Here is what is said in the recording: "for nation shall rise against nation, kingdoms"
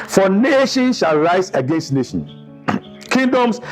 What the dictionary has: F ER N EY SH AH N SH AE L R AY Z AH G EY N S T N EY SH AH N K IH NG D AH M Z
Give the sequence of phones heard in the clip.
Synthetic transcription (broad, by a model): F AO N EY SH AH N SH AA L R AY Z AH G EY N S T N EY SH AH N K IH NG D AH M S